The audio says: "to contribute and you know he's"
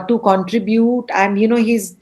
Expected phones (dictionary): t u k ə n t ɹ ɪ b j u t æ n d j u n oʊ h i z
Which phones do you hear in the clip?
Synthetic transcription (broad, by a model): t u k ə n t ɹ ɪ b j u t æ n d j u n oʊ h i z